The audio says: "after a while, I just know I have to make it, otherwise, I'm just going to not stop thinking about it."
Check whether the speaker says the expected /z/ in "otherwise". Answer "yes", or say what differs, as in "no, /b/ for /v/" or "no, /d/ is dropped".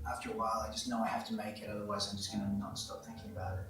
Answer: yes